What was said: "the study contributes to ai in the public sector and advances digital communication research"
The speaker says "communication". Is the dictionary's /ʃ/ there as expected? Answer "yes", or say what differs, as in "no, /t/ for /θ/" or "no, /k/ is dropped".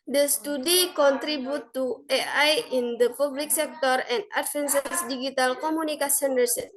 no, /s/ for /ʃ/